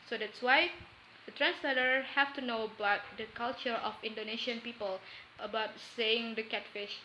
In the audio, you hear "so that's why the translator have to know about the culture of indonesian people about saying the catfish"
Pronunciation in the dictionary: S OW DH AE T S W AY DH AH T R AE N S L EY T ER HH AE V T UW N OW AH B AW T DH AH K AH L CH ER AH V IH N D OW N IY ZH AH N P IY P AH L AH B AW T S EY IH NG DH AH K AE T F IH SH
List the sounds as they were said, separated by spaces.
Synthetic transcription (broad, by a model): S OW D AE T S W AY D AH T R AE N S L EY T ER HH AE F T UW N OW AH B AW T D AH K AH L CH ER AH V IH N D OW N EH SH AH N P IY P AH L AH B AW T S EY IH NG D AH K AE T F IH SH